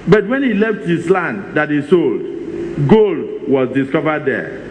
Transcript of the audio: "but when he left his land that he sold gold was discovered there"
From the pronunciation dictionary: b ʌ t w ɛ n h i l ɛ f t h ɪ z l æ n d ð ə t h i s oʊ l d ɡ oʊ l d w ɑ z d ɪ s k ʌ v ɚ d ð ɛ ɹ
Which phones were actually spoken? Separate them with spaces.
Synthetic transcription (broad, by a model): b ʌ t w ɛ n h i l ɛ f t h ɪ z l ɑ n d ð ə t h i s oʊ l d ɡ oʊ l d w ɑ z d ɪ s k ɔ v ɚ d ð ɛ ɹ